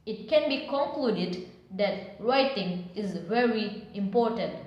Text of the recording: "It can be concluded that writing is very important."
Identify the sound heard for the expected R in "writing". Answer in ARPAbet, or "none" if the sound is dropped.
R